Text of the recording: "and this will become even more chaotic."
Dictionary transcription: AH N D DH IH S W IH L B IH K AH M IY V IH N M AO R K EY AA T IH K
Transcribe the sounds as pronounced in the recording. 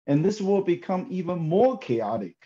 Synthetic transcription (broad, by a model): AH N DH IH S W IH L B IH K AH M IY V IH N M AO R K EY AA T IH K